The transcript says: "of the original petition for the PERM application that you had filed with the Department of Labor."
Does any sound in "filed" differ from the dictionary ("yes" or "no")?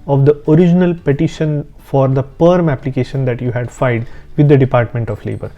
yes